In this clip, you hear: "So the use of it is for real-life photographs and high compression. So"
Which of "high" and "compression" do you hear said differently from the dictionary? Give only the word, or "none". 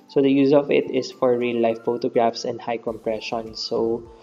none